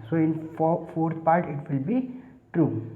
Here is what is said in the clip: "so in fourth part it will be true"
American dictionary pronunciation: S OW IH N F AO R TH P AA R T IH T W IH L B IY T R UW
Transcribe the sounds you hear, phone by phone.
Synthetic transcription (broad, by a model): S OW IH N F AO R T P AA R T IH T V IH L B IY T R UW